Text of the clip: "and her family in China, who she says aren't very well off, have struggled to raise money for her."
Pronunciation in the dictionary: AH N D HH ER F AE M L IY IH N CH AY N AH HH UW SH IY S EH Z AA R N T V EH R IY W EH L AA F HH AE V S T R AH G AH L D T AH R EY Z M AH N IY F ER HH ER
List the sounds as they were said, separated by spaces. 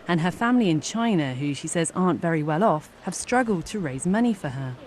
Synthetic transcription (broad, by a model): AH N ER F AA M L IY IH N CH AY N AH HH UW SH IY S EH Z AA N T V EH R IY W EH L AA F HH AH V S T R AH G AH L D T AH R EY Z M AH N IY F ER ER